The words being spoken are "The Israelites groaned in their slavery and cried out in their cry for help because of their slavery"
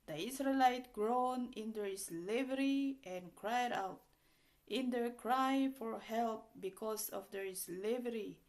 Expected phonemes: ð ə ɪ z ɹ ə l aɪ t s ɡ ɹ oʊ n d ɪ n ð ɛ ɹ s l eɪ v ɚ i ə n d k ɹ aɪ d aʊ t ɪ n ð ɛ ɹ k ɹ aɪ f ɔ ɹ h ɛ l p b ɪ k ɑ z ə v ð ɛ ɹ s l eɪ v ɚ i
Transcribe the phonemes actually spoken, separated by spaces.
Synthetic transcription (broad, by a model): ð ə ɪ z ɹ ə l aɪ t ɡ ɹ oʊ n ɪ n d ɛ ɹ s l eɪ v ɚ i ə n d k ɹ aɪ d aʊ t ɪ n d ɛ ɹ k ɹ aɪ f ɔ ɹ h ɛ l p b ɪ k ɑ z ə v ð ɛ ɹ s l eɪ v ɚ i